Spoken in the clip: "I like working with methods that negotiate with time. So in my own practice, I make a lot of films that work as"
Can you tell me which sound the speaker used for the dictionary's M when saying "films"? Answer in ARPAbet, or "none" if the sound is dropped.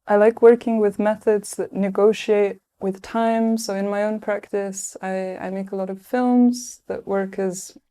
M